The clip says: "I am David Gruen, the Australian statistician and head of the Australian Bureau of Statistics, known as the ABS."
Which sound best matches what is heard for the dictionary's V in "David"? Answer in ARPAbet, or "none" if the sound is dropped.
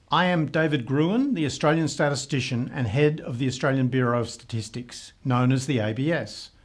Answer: V